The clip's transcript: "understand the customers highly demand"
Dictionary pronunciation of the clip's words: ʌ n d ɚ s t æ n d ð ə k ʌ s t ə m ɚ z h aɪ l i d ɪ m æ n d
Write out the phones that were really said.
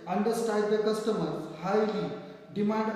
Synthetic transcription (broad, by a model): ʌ n d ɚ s t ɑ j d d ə k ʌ s t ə m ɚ h aɪ l i d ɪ m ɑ n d